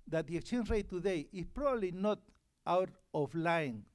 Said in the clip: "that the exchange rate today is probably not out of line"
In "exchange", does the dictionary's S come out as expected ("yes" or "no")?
no